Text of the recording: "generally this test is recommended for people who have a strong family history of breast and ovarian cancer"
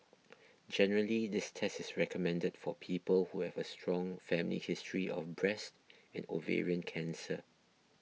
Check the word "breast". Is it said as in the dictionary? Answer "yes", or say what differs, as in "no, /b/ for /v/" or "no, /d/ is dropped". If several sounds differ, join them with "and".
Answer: yes